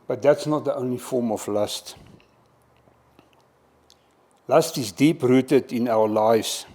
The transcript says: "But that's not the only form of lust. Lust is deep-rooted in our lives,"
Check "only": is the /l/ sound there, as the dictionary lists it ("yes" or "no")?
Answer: no